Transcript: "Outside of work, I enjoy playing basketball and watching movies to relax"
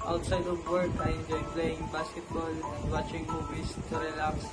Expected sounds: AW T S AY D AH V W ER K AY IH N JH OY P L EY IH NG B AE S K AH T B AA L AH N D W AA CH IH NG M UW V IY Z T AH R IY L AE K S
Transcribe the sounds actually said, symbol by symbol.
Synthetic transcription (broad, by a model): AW T S AY D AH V W ER K AY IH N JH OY P L EY IH NG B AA S AH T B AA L AH N D W AA CH IH NG M UW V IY S T AH R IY L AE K S